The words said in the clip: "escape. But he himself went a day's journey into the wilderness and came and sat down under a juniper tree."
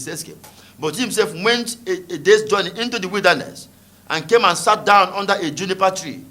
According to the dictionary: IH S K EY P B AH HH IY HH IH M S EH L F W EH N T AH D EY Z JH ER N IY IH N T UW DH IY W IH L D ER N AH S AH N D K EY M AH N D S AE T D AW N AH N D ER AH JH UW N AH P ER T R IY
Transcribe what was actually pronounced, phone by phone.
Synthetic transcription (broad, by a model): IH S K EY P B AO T HH IH M S EH L F W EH N T AH D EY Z JH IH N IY IH N T UW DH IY W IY L D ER N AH S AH N K EY M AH N S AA T D AW N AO N D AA AH JH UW N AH P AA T R IY